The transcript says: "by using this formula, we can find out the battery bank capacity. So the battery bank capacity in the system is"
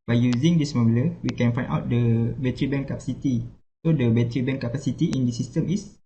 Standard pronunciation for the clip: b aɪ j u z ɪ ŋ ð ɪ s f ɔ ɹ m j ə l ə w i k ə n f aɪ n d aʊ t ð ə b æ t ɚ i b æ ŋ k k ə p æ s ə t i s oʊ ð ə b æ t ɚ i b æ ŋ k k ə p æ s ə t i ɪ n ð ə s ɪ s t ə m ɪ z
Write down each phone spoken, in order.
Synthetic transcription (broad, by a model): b aɪ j u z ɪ ŋ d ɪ s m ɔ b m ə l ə w i k ə n f aɪ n aʊ t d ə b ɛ t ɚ i b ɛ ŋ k k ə p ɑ s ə t i s oʊ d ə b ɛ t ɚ i b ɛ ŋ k k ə p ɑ s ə t i ɪ n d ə s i s t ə m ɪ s